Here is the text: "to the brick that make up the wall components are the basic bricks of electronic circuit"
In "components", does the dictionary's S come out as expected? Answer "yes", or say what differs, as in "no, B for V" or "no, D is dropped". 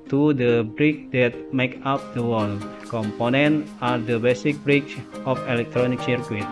no, S is dropped